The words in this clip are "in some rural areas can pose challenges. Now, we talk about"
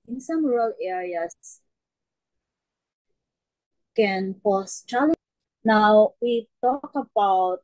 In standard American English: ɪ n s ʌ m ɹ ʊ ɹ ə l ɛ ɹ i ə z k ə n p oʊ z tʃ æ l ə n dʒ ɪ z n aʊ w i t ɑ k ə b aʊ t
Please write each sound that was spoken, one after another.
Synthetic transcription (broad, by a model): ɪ n s ʌ m ɹ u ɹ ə l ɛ ɹ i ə s k ə n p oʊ s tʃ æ l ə n ɪ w w i t ɑ k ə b aʊ t